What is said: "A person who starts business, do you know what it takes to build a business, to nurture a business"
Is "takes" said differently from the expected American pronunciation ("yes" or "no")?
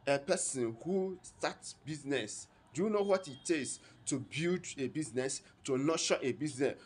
yes